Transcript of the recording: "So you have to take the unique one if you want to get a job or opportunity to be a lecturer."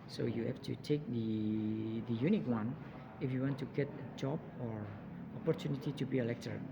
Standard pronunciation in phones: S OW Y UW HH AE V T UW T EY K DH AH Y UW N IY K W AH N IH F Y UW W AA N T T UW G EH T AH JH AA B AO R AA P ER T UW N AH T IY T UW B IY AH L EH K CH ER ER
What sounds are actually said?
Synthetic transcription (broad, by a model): S OW Y UW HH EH F T UW T EY K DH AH Y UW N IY K W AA N IH F Y UW W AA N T T UW G EH T AH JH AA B AO R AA P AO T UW N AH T IY T UW B IY AH L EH K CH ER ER